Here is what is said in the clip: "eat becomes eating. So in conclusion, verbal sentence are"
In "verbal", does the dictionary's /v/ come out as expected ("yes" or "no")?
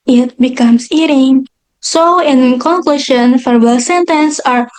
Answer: no